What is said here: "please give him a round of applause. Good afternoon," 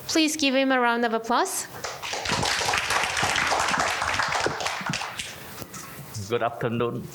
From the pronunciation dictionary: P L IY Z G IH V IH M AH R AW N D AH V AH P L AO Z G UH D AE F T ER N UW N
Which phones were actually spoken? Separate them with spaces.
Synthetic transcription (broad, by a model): P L IY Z G IH V IH M AH R AW N D AH V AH P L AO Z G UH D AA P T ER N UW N